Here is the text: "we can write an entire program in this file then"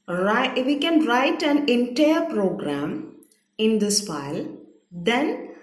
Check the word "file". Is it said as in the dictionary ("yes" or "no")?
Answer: yes